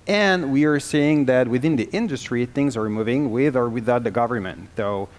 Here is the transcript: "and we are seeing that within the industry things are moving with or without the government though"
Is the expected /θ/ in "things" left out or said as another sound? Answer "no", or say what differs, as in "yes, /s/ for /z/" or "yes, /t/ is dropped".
no